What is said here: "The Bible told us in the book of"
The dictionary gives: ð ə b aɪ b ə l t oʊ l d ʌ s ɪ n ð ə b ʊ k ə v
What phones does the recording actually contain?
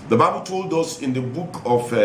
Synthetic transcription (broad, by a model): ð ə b aɪ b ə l t oʊ l d ʌ s ɪ n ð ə b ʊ k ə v